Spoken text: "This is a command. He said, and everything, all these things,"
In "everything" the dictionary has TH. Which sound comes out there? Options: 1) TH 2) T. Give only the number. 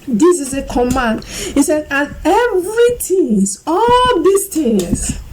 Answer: 2